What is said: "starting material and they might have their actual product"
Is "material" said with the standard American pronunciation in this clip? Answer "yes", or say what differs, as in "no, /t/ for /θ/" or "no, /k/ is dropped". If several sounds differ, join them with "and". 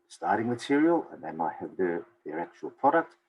yes